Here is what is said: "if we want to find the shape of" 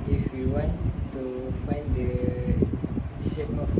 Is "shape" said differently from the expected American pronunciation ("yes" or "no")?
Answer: yes